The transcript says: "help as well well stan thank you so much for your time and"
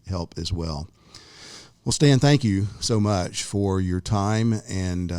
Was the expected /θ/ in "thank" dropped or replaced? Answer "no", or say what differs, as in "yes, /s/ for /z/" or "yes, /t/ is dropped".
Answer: no